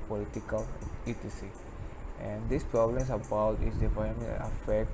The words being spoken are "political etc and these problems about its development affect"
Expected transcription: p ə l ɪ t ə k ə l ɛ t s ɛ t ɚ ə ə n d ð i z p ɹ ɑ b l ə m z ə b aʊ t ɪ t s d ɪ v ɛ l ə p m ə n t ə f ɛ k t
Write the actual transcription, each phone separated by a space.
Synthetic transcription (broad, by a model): p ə l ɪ t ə k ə l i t i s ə ə n d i s p ɹ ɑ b l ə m s ə b aʊ t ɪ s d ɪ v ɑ ə m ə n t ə f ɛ k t